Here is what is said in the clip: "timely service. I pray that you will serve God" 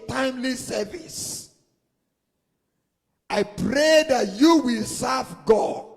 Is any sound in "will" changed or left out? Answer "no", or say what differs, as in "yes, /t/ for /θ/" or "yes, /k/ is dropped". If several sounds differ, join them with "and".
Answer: no